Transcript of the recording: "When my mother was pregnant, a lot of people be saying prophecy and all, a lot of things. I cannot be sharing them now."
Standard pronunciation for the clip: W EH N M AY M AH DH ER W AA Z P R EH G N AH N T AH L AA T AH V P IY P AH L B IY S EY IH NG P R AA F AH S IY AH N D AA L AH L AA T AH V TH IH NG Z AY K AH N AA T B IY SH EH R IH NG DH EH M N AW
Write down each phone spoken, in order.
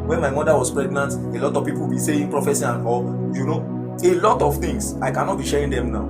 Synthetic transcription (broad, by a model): W EH N M AY M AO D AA W AA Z P R EH G N AH N T AH L AA T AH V P IY P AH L B IY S EY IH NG P R AA F AH S IY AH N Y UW N AH L AA T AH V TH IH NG S AY K AH N AA T B IY SH EH R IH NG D EH M N AW